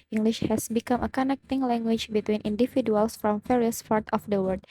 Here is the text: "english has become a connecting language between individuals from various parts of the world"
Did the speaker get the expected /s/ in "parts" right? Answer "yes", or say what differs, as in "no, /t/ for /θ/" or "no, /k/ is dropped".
no, /s/ is dropped